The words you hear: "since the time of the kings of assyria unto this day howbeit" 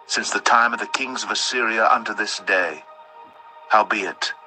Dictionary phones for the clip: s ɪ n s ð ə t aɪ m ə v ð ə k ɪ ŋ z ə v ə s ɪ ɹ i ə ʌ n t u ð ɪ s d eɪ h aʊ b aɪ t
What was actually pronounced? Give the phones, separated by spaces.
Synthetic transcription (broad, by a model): s ɪ n s ð ə t aɪ m ə v ð ə k ɪ ŋ z ə v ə s ɪ ɹ i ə ʌ n t u ð ɪ s d eɪ h aʊ b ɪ t